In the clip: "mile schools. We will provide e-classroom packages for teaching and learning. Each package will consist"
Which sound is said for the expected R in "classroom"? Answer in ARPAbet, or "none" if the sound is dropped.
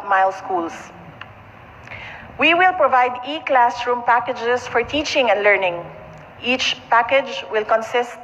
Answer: R